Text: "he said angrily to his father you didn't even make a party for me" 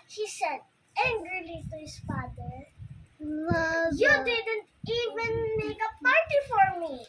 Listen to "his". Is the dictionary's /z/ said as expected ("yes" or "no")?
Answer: no